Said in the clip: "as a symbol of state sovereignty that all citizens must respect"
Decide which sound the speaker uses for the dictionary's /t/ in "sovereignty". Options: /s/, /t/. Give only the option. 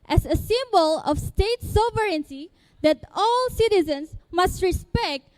/s/